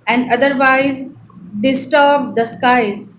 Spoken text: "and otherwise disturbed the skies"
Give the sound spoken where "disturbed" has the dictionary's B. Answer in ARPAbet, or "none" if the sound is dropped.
B